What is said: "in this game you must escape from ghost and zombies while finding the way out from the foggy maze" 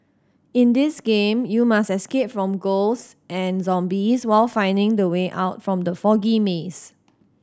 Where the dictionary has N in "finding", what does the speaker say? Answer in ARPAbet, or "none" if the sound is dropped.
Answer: N